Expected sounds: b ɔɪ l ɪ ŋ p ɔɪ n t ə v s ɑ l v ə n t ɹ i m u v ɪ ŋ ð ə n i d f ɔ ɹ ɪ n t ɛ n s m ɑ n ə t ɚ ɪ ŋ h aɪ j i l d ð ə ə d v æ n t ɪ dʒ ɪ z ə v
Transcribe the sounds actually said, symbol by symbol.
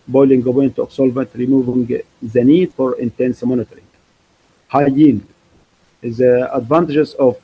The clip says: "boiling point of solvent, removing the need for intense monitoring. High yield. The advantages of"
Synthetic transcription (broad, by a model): b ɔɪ l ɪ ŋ b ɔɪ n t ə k s ɑ l v ə n t ɹ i m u v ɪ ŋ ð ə n i d f ɔ ɹ ɪ n t ɛ n s m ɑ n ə t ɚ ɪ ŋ h aɪ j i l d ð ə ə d v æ n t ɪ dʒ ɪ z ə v